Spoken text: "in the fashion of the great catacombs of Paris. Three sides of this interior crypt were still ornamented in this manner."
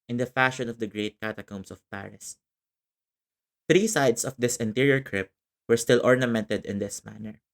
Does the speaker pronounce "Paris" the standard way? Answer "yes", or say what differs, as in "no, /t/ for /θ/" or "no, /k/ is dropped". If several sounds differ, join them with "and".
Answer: yes